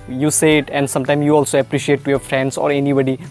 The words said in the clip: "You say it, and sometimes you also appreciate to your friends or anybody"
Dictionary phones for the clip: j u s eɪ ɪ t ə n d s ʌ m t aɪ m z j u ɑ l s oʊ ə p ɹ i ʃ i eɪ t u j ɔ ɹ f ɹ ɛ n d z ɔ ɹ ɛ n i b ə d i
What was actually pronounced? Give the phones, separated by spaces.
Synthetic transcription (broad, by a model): j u s eɪ ɪ t ə n d s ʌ m t aɪ m j u ɑ l s oʊ ə p ɹ i ʃ i eɪ t u j ɔ ɹ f ɹ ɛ n d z ɔ ɹ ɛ n i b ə d i